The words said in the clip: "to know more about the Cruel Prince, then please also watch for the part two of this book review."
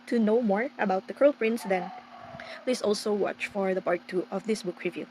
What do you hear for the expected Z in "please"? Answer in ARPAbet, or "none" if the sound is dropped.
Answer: S